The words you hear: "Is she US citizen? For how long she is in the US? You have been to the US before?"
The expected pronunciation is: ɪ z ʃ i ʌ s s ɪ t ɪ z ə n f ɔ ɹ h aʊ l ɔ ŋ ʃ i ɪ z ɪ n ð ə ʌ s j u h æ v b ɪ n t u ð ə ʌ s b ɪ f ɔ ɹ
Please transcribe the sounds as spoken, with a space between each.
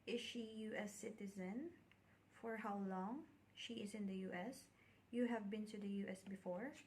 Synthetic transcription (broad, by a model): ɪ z ʃ i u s s ɪ t ɪ z ə n f ɔ ɹ h aʊ l ɔ ŋ ʃ i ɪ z ɪ n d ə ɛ s j u h æ v b ɪ n t u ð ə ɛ s b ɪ f ɔ ɹ